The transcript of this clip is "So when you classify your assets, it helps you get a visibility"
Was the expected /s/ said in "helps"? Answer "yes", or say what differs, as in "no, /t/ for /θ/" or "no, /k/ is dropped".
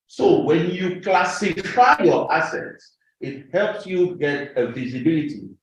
yes